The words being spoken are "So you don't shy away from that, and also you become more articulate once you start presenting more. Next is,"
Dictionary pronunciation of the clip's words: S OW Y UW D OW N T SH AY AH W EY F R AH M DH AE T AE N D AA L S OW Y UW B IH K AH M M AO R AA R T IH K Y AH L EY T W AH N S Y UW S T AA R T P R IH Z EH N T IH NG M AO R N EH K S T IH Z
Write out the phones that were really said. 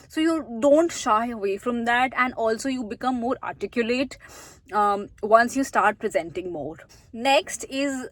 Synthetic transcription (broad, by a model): S OW Y UW D OW N T SH AY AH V EY F R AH M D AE T AE N D AA L S OW Y UW B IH K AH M M AO R AA R T IH K Y AH L EY T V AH N S Y UW S T AA R T P R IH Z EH N T IH NG M AO R N EH K S T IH Z